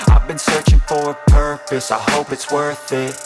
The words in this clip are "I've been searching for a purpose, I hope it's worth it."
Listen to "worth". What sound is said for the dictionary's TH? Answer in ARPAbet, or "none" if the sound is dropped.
TH